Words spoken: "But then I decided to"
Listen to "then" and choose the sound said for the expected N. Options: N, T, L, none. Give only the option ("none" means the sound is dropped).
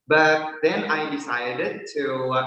N